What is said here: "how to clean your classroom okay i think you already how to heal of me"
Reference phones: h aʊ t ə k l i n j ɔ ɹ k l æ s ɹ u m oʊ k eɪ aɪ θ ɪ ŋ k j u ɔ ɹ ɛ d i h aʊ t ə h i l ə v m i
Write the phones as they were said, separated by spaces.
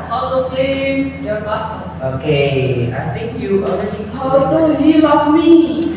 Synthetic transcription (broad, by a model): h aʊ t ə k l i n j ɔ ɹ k ɑ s oʊ k eɪ aɪ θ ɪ ŋ k j u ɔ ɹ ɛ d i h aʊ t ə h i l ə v m i